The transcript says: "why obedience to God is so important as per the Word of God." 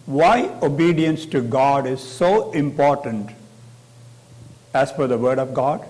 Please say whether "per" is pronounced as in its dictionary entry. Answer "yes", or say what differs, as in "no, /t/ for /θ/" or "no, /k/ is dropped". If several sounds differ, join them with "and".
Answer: no, /f/ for /p/